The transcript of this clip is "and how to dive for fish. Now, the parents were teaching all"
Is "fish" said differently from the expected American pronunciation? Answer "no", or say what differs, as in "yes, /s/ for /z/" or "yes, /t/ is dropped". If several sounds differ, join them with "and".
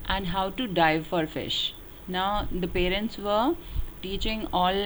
no